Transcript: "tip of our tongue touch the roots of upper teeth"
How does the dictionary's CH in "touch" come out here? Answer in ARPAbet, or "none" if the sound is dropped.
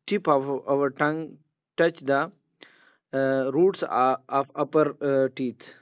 CH